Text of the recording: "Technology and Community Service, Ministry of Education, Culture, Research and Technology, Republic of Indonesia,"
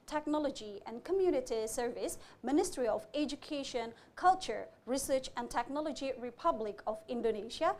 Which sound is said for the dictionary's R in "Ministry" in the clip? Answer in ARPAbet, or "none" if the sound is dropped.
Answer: R